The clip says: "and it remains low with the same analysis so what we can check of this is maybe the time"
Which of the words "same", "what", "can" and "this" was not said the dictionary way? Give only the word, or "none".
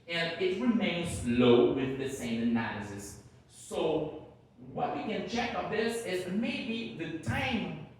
none